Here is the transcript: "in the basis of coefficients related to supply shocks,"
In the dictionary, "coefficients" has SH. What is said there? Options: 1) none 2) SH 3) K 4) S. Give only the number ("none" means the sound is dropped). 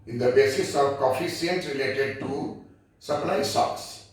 4